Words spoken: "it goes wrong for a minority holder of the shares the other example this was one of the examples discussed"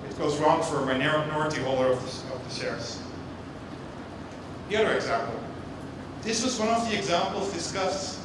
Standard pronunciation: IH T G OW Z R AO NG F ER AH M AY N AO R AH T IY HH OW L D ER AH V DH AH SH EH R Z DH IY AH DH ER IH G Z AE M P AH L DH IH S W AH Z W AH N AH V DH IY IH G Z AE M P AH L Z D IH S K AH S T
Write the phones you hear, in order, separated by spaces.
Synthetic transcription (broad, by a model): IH T G OW Z R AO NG F ER AH M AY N AO R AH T IY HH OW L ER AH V DH AH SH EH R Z DH IY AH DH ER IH G Z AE M P L DH IH S W AH Z W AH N AH V DH IY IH G Z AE M P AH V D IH S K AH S T